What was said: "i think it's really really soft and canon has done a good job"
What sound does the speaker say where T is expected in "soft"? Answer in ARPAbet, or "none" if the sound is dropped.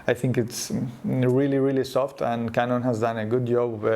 T